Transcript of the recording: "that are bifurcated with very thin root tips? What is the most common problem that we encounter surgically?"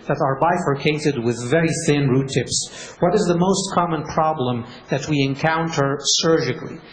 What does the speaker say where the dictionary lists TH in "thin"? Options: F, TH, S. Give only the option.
TH